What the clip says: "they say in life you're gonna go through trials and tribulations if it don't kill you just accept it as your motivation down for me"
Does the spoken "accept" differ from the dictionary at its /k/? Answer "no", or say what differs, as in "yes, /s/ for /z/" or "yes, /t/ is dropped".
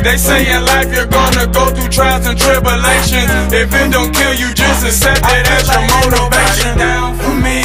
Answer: yes, /k/ is dropped